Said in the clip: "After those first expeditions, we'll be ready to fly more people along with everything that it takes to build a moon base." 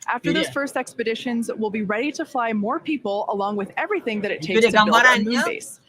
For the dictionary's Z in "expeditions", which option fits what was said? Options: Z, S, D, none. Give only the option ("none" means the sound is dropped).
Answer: Z